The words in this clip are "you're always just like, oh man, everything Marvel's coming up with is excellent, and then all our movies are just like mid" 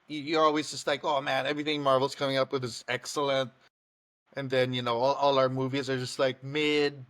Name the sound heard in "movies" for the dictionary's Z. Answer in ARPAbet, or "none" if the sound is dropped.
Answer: Z